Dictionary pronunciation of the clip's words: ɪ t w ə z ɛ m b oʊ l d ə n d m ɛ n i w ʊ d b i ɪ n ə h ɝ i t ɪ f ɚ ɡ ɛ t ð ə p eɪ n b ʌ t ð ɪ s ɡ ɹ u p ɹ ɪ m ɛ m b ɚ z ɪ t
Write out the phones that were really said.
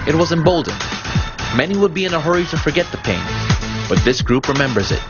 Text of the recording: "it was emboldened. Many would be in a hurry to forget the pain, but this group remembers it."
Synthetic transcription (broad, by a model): ɪ t w ə z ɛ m b oʊ l d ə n m ɛ n i w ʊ d b i ɪ n ə h ɝ i t ɪ f ɚ ɡ ɛ t ð ə p eɪ n b ʌ t ð ɪ s ɡ ɹ u p ɹ ɪ m ɛ m b ɚ z ɪ t